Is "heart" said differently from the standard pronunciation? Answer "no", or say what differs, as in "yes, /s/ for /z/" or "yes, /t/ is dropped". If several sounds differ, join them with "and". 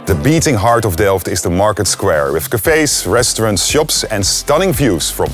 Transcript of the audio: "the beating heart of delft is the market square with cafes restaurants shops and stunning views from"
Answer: no